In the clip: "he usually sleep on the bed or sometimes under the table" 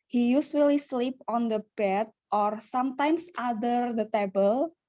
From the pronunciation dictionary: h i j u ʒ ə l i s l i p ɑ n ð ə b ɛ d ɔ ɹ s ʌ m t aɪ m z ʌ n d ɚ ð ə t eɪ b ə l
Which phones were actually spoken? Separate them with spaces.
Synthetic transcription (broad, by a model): h i j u s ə l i s l i p ɑ n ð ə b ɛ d ɔ ɹ s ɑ m t aɪ m s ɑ d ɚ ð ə t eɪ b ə l